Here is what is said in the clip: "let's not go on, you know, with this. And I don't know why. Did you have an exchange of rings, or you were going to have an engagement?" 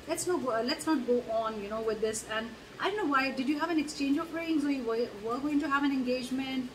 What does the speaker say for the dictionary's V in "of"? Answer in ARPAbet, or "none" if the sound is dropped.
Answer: P